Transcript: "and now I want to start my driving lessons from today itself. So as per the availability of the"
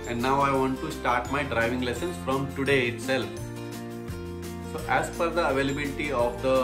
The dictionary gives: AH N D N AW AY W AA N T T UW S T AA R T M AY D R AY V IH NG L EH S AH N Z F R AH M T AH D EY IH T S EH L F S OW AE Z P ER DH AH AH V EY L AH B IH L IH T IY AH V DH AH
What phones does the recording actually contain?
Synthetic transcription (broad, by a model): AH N D N AW AY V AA N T T UW S T AA R T M AY D R AY V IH NG L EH S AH N S F R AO M T AH D EY IH T S EH L F S OW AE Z F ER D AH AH V EY L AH B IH L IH T IY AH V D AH